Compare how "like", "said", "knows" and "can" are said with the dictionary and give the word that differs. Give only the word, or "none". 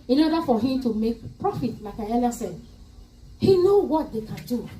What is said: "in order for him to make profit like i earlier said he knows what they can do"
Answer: knows